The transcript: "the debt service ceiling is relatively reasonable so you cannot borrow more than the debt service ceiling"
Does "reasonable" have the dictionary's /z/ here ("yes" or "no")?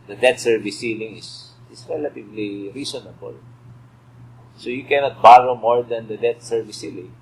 no